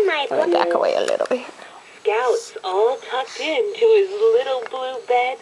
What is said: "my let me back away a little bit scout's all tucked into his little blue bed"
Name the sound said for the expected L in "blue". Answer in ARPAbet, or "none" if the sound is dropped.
L